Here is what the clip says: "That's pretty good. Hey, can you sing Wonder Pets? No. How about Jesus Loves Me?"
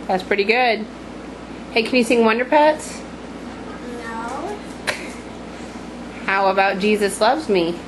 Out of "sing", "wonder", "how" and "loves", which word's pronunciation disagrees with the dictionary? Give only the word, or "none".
none